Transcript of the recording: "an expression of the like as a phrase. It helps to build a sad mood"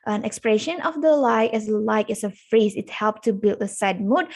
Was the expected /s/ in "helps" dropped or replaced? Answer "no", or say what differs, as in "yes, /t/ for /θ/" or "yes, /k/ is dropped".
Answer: yes, /s/ is dropped